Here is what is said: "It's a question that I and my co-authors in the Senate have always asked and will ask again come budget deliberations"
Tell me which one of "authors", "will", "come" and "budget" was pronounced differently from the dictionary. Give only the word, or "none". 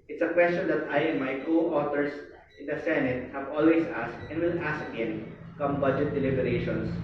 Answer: authors